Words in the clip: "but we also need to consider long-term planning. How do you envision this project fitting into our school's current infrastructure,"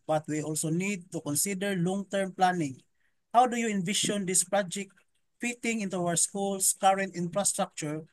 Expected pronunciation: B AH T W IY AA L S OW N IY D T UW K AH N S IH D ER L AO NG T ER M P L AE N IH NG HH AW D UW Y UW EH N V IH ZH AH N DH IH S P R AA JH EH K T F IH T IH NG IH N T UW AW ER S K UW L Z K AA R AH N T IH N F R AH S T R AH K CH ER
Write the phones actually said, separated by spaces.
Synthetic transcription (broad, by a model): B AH T W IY AA L S OW N IY D T UW K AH N S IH D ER L AO NG T ER M P L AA N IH NG HH AW D UW Y UW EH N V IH SH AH N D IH S P R AA JH EH K T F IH T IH NG IH N T UW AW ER S K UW L S K AA R AH N T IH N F R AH S T R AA K CH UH